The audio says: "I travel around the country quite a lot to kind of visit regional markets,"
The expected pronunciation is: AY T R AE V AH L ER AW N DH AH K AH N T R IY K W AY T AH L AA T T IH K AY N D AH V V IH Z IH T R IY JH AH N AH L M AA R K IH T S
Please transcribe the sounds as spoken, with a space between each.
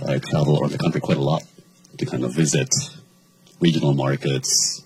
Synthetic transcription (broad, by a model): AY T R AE V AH L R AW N DH AH K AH N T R IY K W AY T AH L AA T T IH K AY N D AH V V IH Z IH T R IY JH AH N L M AA R K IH T S